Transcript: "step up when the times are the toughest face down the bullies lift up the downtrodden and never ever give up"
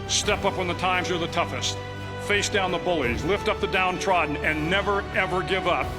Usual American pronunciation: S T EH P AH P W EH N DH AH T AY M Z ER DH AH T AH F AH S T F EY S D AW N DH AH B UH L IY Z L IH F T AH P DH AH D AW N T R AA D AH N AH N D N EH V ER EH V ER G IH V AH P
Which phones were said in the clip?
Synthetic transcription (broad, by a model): S T EH P AH P W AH N DH AH T AY M Z ER DH AH T AH F AH S T F EY S D AW N DH AH B UH L IY Z L IH F T AH P DH AH D AW N T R AA D N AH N N EH V ER EH V ER G IH V AH P